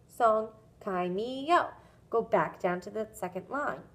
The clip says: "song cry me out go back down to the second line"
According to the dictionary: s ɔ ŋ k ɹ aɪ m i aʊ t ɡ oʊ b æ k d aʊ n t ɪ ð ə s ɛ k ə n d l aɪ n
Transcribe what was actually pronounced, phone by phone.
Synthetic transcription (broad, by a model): s ɔ ŋ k aɪ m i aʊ ɡ oʊ b æ k d aʊ n t ɪ ð ə s ɛ k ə n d l aɪ n